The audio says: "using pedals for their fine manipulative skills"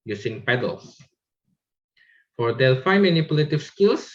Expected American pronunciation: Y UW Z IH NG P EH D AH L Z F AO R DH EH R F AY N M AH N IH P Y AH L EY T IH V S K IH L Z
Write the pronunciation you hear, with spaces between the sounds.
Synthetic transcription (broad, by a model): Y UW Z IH NG P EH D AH L S F AO R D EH L F AY N M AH N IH P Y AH L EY T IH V S K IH L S